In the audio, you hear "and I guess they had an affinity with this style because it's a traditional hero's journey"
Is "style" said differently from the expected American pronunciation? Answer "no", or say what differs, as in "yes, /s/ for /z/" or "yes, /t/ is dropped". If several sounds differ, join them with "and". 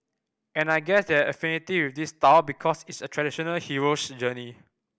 yes, /w/ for /l/